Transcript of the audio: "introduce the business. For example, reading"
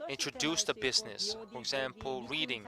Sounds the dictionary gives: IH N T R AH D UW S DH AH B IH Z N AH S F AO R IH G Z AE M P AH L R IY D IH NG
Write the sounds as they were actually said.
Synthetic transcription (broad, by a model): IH N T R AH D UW S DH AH B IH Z N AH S F AO R IH G Z AE M P AH L R IY D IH NG